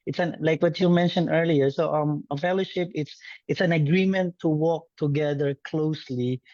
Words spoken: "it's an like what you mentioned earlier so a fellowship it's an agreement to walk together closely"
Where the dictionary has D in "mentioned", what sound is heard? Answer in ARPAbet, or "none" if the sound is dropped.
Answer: D